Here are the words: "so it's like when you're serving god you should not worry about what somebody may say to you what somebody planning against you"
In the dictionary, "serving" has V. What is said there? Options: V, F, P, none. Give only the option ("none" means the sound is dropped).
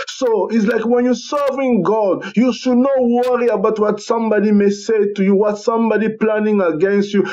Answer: V